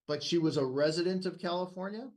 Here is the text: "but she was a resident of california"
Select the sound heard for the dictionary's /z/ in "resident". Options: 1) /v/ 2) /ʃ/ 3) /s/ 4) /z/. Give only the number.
4